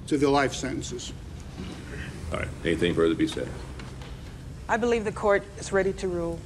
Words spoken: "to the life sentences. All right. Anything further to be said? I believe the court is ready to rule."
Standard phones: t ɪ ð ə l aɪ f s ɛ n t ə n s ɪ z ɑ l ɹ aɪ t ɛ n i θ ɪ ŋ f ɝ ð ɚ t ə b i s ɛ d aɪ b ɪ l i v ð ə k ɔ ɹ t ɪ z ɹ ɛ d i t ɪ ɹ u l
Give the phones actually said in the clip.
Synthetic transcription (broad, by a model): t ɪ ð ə l aɪ f s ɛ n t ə n s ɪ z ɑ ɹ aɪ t ɛ n i θ ɪ ŋ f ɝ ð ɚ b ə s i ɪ aɪ b ɪ l i v ð ə k ɔ ɹ t ɪ z ɹ ɛ d i t ɪ ɹ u l